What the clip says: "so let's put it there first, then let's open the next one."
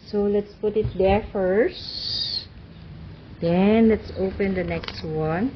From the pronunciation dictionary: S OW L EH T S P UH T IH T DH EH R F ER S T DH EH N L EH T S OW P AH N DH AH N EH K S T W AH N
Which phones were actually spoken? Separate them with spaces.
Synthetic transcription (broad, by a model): S OW L EH T S P UH T IH T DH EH R F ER S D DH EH N L EH T S OW P AH N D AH N EH K S T W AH N